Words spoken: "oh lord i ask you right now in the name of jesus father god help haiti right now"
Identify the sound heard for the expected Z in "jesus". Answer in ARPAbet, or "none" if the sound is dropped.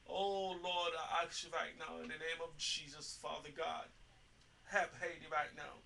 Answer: Z